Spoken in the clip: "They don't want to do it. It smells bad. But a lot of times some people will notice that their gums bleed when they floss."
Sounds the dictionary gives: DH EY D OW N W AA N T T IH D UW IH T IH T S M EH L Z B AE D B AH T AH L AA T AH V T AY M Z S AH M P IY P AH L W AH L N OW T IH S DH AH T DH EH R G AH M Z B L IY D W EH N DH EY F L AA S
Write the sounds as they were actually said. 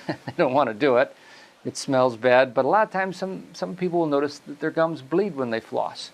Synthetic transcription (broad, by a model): DH EY D OW N W AA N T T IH D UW IH T IH T S M EH L Z B AE D B AH T AH L AA T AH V T AY M Z S AH M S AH P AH L W AH L N OW T IH S DH AH T DH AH R G AH M Z B L IY D W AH N DH EY F L AA S